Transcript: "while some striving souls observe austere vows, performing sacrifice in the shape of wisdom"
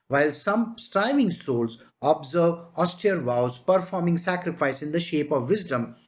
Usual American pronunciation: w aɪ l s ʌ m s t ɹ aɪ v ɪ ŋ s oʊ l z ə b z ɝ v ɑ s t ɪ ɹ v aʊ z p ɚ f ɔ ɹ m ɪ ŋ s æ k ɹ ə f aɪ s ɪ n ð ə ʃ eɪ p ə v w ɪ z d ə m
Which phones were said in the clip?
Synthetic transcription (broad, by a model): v aɪ l s ʌ m s t ɹ aɪ v ɪ ŋ s oʊ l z ə b z ɝ v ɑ s t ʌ ɹ v aʊ z p ɚ f ɔ ɹ m ɪ ŋ s æ k ɹ ə f aɪ s ɪ n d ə ʃ eɪ p ə v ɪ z d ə m